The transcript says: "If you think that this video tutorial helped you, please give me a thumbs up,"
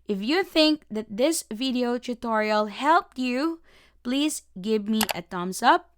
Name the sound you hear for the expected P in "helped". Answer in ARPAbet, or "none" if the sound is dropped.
P